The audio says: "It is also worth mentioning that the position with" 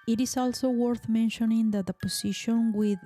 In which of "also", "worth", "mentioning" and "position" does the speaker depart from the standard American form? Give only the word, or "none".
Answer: position